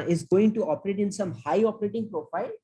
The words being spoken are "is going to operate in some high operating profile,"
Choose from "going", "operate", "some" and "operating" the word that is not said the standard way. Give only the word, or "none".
none